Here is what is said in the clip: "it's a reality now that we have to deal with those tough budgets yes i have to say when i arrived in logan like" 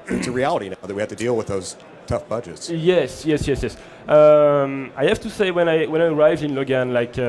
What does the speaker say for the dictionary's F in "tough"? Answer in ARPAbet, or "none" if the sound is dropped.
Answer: F